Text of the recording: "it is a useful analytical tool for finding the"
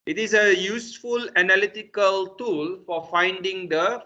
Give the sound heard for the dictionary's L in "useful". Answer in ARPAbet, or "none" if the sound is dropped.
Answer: L